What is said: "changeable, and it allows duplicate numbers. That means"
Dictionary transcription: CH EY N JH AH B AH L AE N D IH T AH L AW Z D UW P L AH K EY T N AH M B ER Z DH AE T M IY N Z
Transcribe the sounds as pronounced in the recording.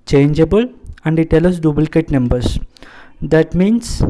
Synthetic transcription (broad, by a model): CH EY N JH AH B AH L AE N D IH T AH L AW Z D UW B L K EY T N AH M B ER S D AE T M IY N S